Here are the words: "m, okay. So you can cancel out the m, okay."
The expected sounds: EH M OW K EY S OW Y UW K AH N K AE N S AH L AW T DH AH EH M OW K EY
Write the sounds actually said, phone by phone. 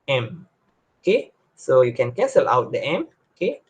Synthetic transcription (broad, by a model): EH M OW K EY S OW Y UW K AH N K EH S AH L AW T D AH EH M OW K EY